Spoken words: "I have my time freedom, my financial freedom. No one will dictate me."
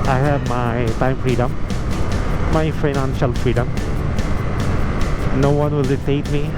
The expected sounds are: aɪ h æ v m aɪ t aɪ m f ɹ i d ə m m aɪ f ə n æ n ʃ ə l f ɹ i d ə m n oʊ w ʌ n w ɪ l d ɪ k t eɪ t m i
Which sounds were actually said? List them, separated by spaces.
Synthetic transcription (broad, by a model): aɪ h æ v m aɪ t aɪ m f ɹ i d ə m m aɪ f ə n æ n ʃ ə l f ɹ i d ə m n oʊ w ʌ n w ɪ l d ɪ t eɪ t m i